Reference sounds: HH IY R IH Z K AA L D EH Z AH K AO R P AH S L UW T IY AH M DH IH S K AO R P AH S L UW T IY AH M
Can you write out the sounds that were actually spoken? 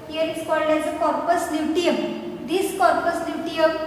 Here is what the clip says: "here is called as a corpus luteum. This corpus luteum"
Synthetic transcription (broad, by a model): HH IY R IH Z K AA L D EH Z AH K AO R P AH S N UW T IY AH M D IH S K AO R P AH S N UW T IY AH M